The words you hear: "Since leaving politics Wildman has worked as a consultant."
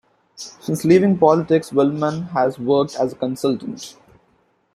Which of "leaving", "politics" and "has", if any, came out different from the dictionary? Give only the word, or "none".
none